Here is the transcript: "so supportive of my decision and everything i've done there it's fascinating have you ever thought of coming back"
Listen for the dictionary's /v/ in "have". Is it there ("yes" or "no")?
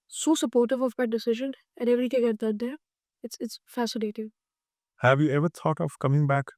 yes